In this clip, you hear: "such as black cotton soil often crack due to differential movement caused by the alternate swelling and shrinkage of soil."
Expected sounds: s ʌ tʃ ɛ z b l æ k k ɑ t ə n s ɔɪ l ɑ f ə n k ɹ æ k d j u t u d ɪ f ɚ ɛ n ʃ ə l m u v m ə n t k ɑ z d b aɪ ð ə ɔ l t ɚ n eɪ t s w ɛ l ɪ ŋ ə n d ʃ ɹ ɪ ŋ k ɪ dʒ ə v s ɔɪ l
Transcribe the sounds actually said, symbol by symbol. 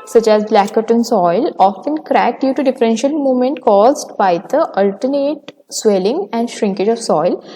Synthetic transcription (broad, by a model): s ʌ tʃ ɛ z b l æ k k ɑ t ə n s ɔɪ l ɑ f ə n k ɹ æ k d j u t u d ɪ f ɚ ɛ n ʃ ə l m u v m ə n t k ɑ z d b aɪ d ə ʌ l t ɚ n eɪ t s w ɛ l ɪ ŋ ə n d ʃ ɹ ɪ ŋ k ɪ dʒ ə v s ɔɪ l